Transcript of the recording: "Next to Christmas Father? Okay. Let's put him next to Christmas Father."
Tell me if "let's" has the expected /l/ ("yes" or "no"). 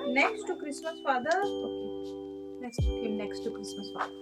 no